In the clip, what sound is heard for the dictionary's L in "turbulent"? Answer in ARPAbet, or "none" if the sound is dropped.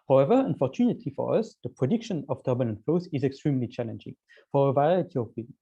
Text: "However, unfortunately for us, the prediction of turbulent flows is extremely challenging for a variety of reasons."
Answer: N